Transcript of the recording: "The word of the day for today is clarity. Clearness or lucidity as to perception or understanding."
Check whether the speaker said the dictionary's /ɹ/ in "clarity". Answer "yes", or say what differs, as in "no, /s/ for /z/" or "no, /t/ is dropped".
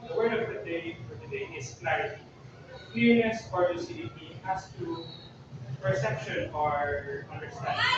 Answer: no, /ɹ/ is dropped